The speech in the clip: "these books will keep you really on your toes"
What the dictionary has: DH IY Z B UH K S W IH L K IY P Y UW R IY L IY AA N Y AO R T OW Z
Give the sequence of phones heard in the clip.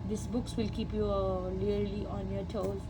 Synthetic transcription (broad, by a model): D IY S B UH K S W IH L K IY P Y UW L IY L IY AA N Y AO R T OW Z